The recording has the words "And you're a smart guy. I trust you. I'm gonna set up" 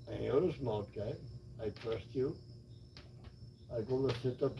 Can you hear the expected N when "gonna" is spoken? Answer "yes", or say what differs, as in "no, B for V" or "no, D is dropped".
no, L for N